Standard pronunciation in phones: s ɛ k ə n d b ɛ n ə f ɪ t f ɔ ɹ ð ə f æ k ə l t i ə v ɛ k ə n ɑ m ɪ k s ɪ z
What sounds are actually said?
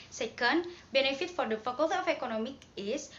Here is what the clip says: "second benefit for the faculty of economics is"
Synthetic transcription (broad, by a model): s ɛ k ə n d b ɛ n ə f ɪ t f ɔ ɹ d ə f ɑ k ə l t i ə f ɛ k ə n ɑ m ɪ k ɪ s